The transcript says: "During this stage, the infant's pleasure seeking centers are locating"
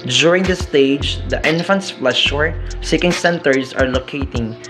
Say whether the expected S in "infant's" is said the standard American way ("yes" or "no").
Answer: yes